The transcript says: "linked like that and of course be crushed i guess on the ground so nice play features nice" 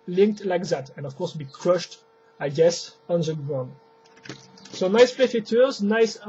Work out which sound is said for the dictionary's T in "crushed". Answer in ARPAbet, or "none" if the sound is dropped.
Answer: T